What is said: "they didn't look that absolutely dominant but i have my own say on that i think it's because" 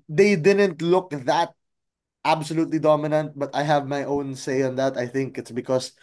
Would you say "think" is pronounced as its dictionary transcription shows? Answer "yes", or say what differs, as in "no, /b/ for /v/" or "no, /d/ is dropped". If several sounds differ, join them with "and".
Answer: yes